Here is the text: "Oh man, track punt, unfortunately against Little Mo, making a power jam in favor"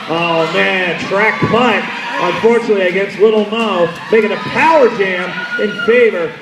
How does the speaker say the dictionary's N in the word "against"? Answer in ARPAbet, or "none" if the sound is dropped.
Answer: N